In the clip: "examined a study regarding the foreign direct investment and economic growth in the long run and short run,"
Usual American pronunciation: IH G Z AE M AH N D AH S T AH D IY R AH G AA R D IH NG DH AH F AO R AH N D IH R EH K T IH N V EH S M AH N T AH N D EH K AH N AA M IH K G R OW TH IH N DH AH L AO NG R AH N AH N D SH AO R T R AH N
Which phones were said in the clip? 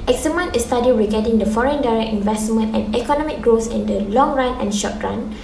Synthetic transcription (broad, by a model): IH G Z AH M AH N AH S T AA D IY R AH G AA D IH NG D AH F AO R AH N D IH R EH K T IH N V EH S M AH N T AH N EH K AH N AA M IH K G R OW S IH N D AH L AO NG R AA N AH N SH AO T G R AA N